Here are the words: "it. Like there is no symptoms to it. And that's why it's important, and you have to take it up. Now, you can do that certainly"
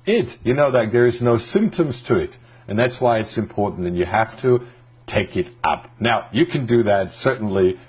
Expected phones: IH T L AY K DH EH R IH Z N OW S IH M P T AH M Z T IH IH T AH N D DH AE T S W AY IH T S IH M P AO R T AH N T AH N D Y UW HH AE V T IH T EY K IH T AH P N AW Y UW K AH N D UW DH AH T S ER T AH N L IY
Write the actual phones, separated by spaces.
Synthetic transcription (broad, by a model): IH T N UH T DH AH R IH Z N OW S IH M P T AH M Z T IH IH T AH N DH AE T S W AY IH T S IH M P AO R T N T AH N Y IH HH AE F T IH T EY K IH T AH P N AW Y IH K AH N D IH DH AH T S ER T N L IY